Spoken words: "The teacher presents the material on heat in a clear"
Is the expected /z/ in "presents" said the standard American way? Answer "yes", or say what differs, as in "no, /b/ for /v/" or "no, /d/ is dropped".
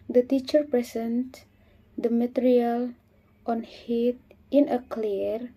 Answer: no, /s/ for /z/